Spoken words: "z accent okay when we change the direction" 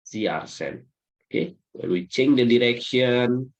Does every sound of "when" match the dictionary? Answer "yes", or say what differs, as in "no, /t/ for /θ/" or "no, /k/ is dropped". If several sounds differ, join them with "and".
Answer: no, /l/ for /n/